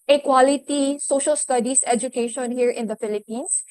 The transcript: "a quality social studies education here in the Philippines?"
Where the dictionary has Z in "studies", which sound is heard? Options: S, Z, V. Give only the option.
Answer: S